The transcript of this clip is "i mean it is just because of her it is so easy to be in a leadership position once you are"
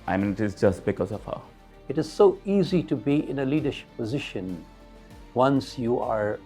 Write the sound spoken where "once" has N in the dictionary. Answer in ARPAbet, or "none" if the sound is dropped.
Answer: N